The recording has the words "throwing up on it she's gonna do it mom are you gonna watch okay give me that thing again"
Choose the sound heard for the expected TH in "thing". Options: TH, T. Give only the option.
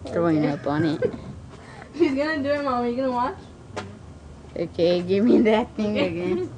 T